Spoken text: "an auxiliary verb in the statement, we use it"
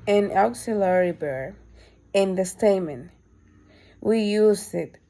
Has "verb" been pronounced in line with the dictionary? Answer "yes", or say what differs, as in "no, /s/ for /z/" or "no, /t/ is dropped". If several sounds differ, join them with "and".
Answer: no, /b/ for /v/ and /b/ is dropped